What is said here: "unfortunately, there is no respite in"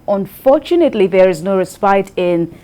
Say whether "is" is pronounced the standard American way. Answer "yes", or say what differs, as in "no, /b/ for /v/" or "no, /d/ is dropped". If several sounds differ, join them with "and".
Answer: yes